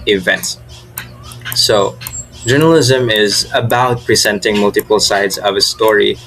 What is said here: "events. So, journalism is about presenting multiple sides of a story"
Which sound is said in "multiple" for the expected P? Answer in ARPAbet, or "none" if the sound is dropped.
P